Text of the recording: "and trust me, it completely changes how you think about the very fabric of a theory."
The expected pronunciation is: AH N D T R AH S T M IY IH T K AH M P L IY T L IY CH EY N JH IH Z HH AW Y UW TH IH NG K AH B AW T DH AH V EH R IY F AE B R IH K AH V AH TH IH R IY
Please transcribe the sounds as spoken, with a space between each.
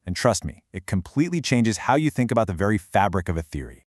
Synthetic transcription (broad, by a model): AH N T R AH S T M IY IH T K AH M P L IY T L IY CH EY N JH IH Z HH AW Y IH TH IH NG K AH B AW T DH AH V EH R IY F AE B R IH K AH V AH TH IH R IY